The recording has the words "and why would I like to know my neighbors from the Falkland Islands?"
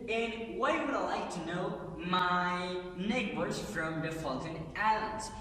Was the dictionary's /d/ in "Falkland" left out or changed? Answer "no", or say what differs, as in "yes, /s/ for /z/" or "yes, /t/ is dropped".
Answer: yes, /d/ is dropped